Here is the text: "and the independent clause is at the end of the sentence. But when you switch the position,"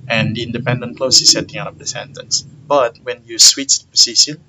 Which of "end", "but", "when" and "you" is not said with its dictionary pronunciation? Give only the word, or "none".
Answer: end